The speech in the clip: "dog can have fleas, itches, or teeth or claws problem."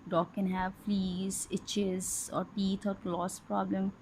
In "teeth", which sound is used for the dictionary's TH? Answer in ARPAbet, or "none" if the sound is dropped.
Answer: T